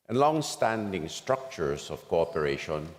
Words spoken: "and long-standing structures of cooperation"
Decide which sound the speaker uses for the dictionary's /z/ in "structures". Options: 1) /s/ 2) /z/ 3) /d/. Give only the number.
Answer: 1